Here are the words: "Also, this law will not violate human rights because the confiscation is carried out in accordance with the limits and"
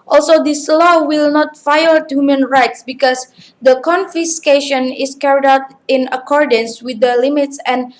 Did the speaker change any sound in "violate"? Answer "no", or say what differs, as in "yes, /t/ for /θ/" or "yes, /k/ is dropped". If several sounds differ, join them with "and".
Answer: yes, /f/ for /v/